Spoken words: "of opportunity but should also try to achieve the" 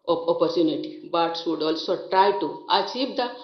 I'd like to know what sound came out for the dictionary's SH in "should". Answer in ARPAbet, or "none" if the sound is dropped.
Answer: S